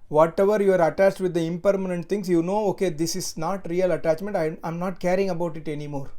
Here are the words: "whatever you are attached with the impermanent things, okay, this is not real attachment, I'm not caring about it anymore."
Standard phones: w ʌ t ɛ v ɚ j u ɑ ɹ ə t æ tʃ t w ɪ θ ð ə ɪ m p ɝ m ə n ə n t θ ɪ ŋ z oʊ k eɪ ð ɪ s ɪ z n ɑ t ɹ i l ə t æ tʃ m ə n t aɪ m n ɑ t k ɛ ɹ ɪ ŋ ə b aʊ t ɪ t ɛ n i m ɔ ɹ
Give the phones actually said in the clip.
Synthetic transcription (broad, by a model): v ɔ t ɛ v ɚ j u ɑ ɹ ə t æ tʃ t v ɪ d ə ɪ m p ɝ m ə n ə n t t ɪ ŋ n oʊ k eɪ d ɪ s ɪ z n ɑ t ɹ i l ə t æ tʃ m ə n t aɪ m n ɑ t k ɛ ɹ ɪ ŋ ə b aʊ t ɪ t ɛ n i m ɔ ɹ